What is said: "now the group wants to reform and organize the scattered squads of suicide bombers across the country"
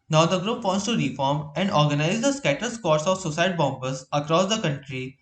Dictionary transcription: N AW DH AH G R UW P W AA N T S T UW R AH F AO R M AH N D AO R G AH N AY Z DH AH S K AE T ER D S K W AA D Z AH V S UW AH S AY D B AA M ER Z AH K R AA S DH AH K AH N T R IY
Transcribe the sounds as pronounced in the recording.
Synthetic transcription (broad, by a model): N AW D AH G R UW P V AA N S T UW R AH F AO R M AH N D AO R G AH N AY Z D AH S K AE T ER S K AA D S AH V S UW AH S AY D B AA M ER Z AH K R AA S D AH K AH N T R IY